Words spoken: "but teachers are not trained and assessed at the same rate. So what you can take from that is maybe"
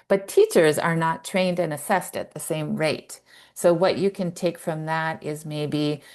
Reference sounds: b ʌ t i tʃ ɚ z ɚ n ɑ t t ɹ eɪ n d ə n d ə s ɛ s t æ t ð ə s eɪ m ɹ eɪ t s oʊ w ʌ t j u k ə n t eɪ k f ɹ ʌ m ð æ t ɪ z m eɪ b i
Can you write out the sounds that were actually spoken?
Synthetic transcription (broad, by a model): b ʌ t i tʃ ɚ z ɚ n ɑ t t ɹ eɪ n d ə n ə s ɛ s t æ t ð ə s eɪ m ɹ eɪ t s oʊ w ʌ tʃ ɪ k ə n t eɪ k f ɹ ʌ m ð æ t ɪ z m eɪ b i